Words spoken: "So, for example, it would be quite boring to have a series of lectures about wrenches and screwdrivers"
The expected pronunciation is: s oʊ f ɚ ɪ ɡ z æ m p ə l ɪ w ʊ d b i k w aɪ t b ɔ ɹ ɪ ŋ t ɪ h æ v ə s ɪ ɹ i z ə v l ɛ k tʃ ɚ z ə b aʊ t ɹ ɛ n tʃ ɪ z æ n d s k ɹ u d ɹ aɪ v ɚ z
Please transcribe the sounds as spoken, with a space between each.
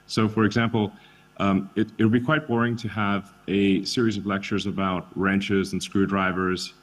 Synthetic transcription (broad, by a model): s oʊ f ɚ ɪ ɡ z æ m p l ɪ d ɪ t b i k w aɪ t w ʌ ɹ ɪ ŋ t ɪ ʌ v ə s ɪ ɹ i z ə v l ɛ k tʃ ɚ z ə b aʊ t ɹ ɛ n tʃ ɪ z n s k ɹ u d ɹ aɪ v ɚ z